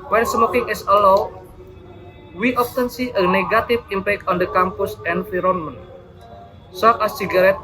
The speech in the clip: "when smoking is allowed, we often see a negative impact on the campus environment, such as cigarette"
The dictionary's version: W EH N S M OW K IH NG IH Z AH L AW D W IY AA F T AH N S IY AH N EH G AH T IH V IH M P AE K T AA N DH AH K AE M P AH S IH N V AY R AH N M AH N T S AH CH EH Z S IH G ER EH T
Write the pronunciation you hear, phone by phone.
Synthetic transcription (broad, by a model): W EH N S M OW K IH NG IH S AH L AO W W IY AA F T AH N S IY AH N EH G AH T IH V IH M P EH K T AA N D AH K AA M P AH S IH N F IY R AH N M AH N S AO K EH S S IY G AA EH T